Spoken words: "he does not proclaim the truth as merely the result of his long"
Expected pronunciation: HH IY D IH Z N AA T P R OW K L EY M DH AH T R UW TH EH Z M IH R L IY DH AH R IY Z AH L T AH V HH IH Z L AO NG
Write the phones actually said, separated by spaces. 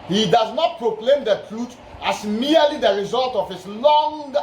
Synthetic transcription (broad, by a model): HH IY D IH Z N AA T P R OW K L EY M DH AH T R UW T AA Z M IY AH L IY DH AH R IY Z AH L T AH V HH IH S L AO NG